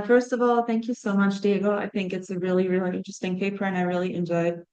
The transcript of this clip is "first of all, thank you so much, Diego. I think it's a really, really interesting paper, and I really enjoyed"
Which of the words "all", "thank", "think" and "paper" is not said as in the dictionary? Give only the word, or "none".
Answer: none